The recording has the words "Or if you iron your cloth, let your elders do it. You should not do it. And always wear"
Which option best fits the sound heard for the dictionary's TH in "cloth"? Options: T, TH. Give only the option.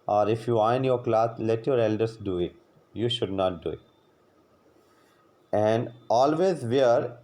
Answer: T